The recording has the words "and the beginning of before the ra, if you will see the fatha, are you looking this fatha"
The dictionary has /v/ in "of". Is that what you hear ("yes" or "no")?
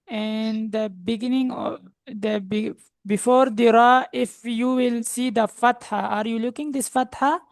no